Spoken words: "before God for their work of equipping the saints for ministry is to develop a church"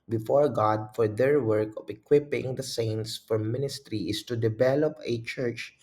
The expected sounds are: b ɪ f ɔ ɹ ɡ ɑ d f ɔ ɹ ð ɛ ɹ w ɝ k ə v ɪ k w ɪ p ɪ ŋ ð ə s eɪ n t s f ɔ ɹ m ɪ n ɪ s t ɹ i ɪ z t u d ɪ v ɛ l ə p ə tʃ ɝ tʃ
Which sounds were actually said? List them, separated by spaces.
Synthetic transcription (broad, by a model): b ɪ f ɔ ɹ ɡ ɑ d f ɔ ɹ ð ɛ ɹ w ɝ k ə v ɪ k w ɪ p ɪ ŋ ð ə s eɪ n t s f ɔ ɹ m ɪ n ɪ s t ɹ i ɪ s t u d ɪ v ɛ l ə p ə tʃ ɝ tʃ